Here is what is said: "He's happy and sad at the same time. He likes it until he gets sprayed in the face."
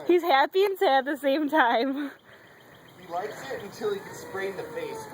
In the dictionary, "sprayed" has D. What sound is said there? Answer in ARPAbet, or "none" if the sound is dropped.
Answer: none